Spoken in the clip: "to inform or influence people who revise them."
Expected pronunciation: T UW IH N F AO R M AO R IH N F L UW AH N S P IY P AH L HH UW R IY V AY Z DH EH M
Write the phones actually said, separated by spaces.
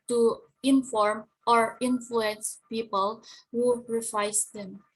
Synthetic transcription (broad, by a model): T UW IH N F AO R M AO R IH N F L UW AH N S P IY P AH L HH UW R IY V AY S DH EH M